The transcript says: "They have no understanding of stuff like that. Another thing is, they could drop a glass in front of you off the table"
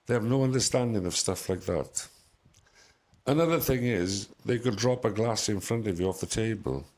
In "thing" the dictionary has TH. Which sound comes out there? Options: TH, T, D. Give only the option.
TH